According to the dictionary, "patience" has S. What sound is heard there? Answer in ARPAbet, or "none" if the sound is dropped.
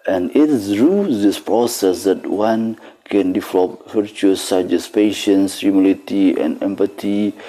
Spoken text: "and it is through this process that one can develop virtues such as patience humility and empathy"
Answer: S